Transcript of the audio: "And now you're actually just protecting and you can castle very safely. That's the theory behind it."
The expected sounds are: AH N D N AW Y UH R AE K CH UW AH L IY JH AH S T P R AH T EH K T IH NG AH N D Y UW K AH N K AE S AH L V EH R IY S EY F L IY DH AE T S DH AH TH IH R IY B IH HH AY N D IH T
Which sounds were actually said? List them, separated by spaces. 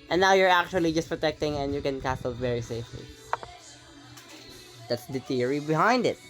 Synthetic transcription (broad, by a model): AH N N AW Y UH R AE K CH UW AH L IY JH AH S T P R AH T EH K T IH NG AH N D Y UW K AH N K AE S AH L V EH R IY S EY F L IY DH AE T S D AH T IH R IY B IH HH AY N D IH T